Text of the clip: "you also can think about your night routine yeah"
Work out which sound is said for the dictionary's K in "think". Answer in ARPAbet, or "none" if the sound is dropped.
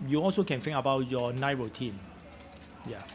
none